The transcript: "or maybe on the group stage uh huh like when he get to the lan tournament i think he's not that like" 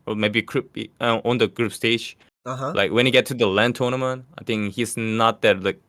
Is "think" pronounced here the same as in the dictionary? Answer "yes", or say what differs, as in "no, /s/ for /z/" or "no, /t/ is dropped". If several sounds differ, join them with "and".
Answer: yes